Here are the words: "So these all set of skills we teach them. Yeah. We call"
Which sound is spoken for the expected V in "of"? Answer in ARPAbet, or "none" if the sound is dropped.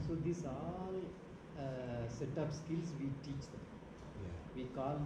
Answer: P